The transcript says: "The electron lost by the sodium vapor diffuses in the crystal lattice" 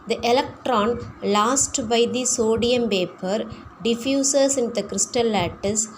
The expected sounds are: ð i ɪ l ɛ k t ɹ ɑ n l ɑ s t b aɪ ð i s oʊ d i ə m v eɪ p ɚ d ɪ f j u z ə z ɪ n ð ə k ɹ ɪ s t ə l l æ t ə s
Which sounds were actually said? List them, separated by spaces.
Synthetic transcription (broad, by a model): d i ɪ l ɛ k t ɹ ɑ n l ɑ s t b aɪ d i s oʊ d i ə m p eɪ p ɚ d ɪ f j u s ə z ɪ n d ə k ɹ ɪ s t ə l l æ t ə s